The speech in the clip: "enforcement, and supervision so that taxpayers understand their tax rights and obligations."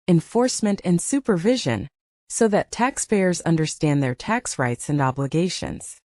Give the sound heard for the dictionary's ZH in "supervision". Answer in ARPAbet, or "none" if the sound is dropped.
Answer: ZH